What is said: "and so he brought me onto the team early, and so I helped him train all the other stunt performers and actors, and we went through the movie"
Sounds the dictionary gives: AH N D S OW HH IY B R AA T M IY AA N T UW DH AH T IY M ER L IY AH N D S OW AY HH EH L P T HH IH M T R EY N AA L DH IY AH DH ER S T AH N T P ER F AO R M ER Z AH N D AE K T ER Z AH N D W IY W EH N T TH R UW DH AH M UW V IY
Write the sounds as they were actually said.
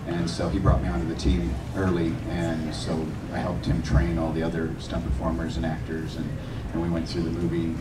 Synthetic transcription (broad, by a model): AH N S OW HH IY B R AA T M IY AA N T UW DH AH T IY M ER L IY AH N S OW AY HH EH L P T HH IH M T R EY N AA L DH IY AH DH ER S T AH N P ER F AO R M ER Z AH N AE K T ER Z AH N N W IY W EH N TH R UW DH AH M UW V IY